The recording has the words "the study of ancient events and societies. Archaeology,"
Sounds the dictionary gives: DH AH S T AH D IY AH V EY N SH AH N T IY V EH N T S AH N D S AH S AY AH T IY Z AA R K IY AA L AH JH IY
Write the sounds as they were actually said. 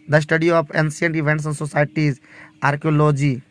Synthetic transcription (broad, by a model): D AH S T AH D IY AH P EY N S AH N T IY V EH N T S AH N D S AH S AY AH T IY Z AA R K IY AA L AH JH IY